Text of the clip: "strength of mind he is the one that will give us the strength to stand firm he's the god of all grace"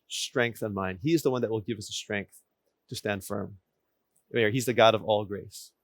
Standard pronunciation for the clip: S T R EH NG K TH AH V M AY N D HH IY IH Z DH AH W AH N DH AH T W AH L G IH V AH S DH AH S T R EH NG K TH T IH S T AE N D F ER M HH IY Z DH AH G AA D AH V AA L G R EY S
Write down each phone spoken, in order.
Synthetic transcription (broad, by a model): S T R EH NG K TH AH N M AY N D HH IY IH Z DH AH W AH N DH AH T W AH L G IH V AH S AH S T R EH NG K TH T IH S T AE N D F ER M HH IY Z DH AH G AA D AH V AA L G R EY S